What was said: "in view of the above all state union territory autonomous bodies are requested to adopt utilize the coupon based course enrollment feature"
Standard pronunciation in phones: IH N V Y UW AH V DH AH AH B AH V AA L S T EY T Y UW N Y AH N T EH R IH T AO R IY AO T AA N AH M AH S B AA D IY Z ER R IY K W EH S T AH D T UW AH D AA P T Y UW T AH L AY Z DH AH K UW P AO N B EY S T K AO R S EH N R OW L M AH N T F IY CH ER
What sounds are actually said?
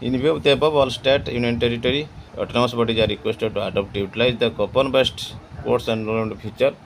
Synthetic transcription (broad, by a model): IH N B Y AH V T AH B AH B AA L S T EY T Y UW N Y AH N T EH R IH T AO R IY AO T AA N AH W S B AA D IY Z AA R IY K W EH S T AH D T UW AH D AA P T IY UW T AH L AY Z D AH K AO P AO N B EY S T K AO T S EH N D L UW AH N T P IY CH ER